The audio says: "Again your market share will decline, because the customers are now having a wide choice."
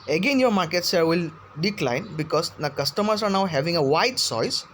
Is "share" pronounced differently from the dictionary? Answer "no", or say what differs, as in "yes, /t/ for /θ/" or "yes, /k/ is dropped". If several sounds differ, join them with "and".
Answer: yes, /s/ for /ʃ/